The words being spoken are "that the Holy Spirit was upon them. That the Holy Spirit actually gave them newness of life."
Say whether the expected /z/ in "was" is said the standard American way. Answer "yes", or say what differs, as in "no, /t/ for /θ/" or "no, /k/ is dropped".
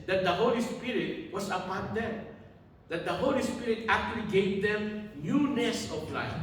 no, /s/ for /z/